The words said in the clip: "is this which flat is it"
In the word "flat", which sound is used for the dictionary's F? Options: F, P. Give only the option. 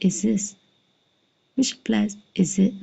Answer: P